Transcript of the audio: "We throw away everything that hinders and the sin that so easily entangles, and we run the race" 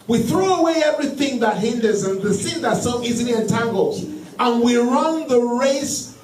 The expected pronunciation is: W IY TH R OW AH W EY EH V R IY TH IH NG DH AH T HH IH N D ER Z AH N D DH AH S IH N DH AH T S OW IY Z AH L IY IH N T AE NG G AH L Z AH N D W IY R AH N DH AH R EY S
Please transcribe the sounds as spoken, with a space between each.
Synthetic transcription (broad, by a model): W IY TH R OW AH W EY EH V R IY TH IH NG DH AH T HH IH N D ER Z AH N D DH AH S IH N DH AH T S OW IY Z AH L IY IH N T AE NG G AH L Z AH N W IY R AH N DH AH R EY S